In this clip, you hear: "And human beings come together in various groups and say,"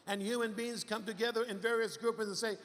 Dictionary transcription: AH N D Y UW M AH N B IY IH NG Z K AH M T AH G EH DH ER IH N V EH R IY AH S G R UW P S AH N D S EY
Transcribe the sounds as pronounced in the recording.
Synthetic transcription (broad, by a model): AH N Y UW M AH N B IY IH NG Z K AH M T AH G EH DH ER IH N V EH R IY AH S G R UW P AH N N S EY